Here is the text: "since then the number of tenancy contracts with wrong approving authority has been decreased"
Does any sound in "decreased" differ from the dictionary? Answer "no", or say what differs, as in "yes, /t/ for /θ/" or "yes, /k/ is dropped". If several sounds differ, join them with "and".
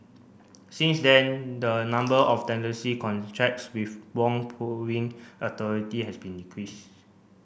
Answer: yes, /t/ is dropped